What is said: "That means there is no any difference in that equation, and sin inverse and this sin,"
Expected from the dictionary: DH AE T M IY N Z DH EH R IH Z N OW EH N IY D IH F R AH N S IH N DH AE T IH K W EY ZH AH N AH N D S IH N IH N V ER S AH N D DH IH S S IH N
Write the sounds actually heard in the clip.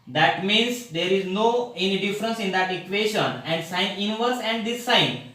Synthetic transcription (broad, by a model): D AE T M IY N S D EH R IH Z N OW EH N IY D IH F R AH N S IH N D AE T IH K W EY SH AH N AH N D S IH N IH N V ER S AH N D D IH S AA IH N